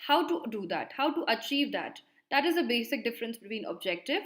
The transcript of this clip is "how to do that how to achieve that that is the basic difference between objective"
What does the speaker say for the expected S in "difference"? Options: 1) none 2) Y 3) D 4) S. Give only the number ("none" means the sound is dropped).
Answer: 4